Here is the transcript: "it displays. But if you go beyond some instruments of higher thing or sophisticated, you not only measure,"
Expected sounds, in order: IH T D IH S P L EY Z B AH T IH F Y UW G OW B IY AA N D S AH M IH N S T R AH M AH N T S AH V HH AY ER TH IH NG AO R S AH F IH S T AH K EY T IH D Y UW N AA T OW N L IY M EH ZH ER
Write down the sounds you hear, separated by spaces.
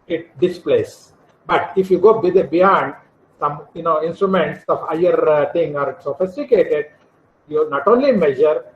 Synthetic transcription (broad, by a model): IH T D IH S P L EY S B AH T IH F Y UW G OW B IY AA N D S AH M IH N S T R AH M AH N T S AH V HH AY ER T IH NG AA R S AH F IH S T AH K EY T IH D Y UW N AA T OW N L IY M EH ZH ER